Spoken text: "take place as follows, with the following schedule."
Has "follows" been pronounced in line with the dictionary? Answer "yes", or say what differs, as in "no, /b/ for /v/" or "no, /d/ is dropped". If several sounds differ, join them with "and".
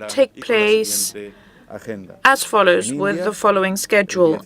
yes